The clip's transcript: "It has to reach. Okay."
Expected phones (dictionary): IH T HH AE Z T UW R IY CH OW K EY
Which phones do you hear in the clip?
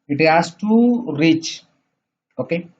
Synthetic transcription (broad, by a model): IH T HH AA S T UW R IY CH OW K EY